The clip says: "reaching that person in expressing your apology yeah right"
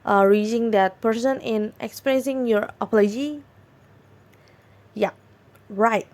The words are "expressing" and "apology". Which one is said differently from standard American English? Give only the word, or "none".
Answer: none